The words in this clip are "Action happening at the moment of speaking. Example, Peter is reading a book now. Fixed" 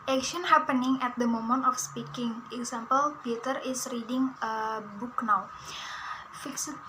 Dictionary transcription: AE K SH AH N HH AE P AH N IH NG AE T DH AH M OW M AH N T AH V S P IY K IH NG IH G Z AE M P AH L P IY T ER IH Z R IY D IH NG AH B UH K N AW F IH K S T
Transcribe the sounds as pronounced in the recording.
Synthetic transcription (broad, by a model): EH K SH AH N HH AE P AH N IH NG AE T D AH M OW M AH N T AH F S P IY K IH NG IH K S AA M P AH L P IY T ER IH S R IY D IH NG AH B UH K N AW F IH K S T